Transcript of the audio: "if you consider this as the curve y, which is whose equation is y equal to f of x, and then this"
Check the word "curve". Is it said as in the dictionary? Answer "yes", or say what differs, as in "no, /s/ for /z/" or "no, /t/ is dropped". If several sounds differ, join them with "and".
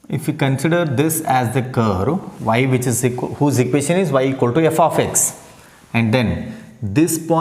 yes